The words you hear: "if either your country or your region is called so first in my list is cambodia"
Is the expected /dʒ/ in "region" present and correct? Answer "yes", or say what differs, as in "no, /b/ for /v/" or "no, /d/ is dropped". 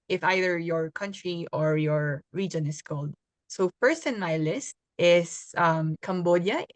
yes